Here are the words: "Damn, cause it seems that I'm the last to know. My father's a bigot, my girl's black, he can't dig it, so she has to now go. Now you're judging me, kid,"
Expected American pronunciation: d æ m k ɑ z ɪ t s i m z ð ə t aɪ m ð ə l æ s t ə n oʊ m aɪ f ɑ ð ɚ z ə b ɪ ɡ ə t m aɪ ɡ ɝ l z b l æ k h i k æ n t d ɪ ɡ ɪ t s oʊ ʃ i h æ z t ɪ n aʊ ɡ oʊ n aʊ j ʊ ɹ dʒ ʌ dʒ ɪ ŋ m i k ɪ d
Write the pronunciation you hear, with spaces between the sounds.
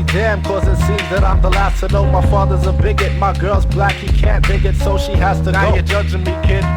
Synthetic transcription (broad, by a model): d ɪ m k ɑ z ɪ t s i z ð ə t aɪ m ð ə l æ s t ə n oʊ m aɪ f ɑ ð ɚ z ə b ɪ ɡ ə t m aɪ ɡ ɝ l z b l æ k h i k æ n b ɪ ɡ ɪ t s oʊ ʃ i h æ z t ɪ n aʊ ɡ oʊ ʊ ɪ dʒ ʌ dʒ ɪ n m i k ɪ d